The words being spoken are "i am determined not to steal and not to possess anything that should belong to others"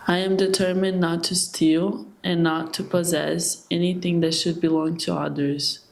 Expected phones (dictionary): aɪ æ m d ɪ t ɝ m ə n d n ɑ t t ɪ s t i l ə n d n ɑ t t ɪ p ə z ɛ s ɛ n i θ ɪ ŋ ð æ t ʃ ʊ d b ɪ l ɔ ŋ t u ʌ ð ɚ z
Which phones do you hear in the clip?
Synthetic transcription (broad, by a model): aɪ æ m d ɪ t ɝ m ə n n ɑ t t ɪ s t i l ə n n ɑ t t ɪ p ə z ɛ s ɛ n i θ ɪ ŋ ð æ t ʃ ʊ d b ɪ l ɔ ŋ t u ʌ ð ɚ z